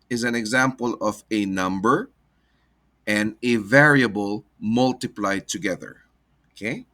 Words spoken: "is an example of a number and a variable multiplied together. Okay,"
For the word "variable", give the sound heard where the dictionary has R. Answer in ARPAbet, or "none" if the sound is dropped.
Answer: R